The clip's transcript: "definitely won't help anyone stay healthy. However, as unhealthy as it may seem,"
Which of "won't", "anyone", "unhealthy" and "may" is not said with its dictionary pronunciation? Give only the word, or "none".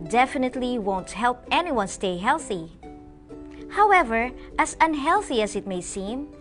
none